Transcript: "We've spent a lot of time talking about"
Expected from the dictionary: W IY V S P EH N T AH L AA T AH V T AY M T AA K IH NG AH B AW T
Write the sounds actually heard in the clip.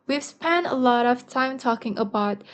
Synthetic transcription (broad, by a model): W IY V S P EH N AH L AA T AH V T AY M T AA K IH NG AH B AW T